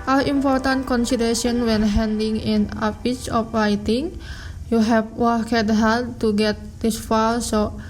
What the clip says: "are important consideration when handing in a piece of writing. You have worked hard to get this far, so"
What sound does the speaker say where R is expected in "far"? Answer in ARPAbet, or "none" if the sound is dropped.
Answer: L